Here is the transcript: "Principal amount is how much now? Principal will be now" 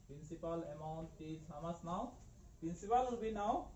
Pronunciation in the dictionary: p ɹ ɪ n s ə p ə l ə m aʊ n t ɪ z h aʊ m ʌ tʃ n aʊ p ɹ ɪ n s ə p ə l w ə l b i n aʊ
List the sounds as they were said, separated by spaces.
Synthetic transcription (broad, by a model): p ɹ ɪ n s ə p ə l ə m aʊ n t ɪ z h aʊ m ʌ s n aʊ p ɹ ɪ n s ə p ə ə l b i n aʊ